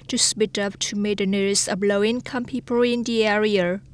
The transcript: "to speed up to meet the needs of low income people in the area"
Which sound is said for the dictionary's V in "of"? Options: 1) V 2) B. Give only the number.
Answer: 2